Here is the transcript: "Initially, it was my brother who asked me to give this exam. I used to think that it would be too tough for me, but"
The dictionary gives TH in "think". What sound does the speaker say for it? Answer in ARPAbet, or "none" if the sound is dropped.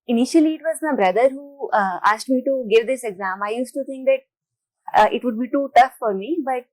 T